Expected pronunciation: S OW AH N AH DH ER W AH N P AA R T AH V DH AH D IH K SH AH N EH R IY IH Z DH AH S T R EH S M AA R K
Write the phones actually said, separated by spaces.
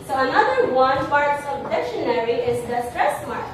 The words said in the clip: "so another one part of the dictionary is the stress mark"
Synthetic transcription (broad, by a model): S OW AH N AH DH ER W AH N P AA R T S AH D IH K SH AH N EH R IY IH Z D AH S T R EH S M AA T